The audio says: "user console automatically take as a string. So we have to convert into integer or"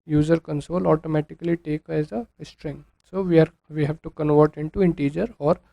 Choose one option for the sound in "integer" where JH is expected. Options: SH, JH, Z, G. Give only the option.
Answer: JH